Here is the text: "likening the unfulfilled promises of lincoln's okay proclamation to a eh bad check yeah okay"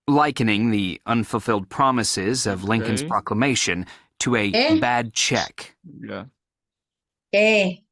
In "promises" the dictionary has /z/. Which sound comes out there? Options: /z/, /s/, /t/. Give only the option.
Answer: /z/